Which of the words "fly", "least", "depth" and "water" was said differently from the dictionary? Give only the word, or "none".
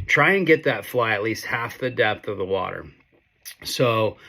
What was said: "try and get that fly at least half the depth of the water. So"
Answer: none